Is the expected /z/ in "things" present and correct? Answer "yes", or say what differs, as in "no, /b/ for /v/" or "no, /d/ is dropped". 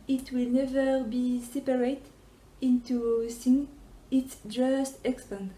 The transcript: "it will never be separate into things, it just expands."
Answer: no, /z/ is dropped